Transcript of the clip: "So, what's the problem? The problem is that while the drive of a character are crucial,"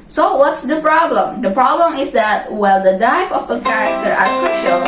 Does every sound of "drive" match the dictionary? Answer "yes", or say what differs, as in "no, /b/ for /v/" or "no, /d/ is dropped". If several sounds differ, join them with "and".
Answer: no, /ɹ/ is dropped and /p/ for /v/